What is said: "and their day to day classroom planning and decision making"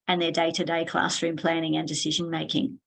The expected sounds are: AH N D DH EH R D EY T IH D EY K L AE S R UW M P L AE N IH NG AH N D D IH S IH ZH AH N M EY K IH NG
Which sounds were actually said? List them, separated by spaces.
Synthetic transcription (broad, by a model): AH N DH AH R D EY T IH D EY K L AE S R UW M P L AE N IH NG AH N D D IH S IH ZH AH N M EY K IH NG